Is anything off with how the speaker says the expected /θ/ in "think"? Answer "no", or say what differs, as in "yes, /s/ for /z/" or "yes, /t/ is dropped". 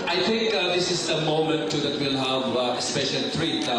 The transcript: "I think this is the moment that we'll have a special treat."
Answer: yes, /t/ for /θ/